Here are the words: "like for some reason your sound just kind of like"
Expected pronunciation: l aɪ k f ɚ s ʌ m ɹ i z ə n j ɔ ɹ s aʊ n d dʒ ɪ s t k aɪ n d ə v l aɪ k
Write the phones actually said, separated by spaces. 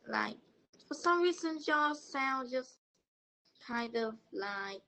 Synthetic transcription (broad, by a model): l aɪ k f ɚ s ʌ m ɹ i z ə n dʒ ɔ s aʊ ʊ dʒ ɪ s k aɪ n d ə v l aɪ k